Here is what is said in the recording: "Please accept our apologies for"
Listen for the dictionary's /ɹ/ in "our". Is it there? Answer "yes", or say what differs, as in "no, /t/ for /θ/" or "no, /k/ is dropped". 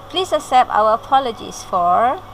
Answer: no, /w/ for /ɹ/